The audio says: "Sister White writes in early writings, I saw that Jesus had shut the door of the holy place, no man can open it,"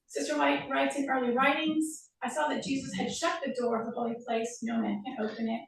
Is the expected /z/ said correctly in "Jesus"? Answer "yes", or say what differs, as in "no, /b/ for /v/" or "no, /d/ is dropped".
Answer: yes